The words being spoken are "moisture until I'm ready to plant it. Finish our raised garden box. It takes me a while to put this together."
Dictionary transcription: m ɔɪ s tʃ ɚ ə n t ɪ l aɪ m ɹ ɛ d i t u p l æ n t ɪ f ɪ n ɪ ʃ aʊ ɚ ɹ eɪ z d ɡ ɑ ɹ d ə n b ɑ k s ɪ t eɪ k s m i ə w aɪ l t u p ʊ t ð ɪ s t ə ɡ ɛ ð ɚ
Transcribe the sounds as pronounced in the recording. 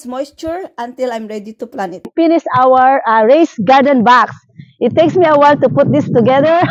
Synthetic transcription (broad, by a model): m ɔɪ s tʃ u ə n t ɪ l aɪ m ɹ ɛ d i t u p l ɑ n ɪ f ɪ n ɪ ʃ aʊ ɚ ɹ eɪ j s ɡ ɑ ɹ d ə n b ɑ k s ɪ t eɪ k s m i ə w aɪ l t u p ʊ t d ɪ s t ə ɡ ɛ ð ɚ